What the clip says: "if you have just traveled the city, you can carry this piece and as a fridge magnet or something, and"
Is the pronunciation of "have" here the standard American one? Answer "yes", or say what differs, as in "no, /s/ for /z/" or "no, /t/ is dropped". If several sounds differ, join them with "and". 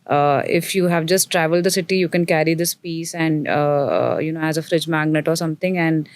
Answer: yes